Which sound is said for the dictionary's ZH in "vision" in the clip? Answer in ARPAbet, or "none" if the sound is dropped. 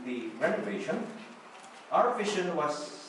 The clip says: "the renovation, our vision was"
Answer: SH